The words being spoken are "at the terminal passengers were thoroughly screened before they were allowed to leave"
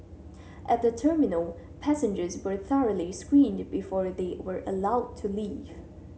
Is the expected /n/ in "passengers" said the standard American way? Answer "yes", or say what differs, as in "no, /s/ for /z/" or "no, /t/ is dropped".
yes